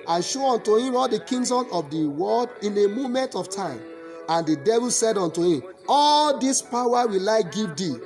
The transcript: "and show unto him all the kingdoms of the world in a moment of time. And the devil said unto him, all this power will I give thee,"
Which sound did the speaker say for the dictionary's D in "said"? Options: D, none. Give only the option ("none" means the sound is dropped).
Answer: D